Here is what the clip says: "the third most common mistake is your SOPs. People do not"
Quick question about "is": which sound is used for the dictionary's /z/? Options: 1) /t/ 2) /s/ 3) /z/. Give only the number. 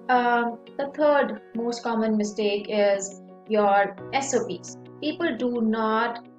3